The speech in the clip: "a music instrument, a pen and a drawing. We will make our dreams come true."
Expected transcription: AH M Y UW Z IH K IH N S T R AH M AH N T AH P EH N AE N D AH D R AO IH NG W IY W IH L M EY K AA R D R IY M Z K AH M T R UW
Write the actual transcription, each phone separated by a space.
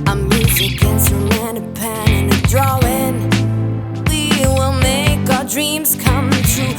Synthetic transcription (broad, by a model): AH M Y UW Z IH K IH N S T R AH AH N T AH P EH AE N AH D R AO IH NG W IY W IH L M EY K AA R D R IY M Z K AH M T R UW